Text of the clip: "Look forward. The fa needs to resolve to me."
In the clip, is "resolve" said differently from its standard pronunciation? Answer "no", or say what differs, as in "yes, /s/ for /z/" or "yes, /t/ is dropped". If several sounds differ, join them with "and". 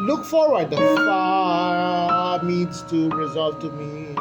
no